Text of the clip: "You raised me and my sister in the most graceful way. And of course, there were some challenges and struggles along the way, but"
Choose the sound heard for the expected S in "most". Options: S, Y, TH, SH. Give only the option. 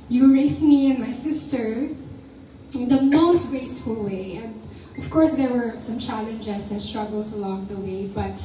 S